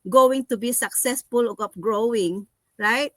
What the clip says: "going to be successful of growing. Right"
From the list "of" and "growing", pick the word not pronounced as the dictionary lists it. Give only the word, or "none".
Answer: of